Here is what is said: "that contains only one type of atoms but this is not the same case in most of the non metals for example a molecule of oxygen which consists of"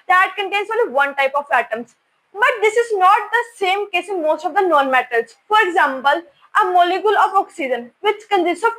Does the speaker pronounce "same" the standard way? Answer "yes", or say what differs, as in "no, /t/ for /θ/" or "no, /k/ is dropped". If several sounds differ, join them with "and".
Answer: yes